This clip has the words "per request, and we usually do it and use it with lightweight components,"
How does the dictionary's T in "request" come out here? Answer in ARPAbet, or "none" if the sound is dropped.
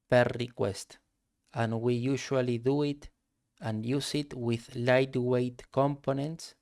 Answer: T